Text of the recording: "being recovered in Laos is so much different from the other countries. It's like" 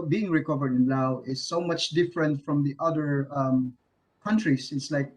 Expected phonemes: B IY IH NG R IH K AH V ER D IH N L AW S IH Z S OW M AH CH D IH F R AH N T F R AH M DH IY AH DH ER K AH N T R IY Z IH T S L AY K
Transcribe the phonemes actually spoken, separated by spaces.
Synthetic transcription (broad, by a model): B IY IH NG R IH K AH V ER D IH N L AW IH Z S OW M AH CH D IH F R AH N T F R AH M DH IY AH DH ER K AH N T R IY S IH T S L AY K